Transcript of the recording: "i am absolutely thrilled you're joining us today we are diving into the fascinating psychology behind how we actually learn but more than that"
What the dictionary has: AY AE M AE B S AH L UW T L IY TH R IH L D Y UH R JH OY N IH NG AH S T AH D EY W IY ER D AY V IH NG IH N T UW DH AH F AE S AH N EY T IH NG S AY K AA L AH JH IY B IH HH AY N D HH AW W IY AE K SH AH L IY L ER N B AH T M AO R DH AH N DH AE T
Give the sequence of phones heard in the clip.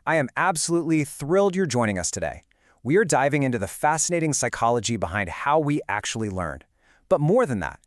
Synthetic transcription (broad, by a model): AY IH M AE B S AH L UW T L IY TH R IH L D Y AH R JH OY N IH NG AH S T AH D EY W IY ER D AY V IH NG IH N T UW DH AH F AE S AH N EY T IH NG S AY K AA L AH JH IY B IH HH AY N D HH AW W IY AE K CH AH L IY L ER N B AH T M AO R DH AH N DH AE T